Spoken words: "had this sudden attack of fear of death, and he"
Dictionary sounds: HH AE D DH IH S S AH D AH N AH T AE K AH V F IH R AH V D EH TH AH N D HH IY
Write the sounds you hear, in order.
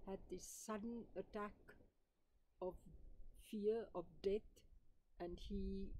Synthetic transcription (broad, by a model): HH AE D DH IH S S AH D AH N AH T AE K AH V F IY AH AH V D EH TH AH N D HH IY